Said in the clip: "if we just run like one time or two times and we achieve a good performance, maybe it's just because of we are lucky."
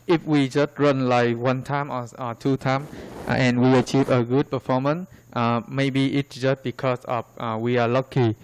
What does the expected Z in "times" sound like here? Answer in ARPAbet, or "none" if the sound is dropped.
none